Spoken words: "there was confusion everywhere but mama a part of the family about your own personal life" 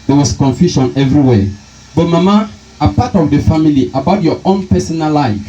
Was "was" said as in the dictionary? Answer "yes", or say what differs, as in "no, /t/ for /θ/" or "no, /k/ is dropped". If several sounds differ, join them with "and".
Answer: no, /s/ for /z/